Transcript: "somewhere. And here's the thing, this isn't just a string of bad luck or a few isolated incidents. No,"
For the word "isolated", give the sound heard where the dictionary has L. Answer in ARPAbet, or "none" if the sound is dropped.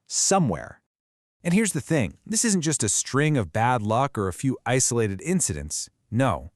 L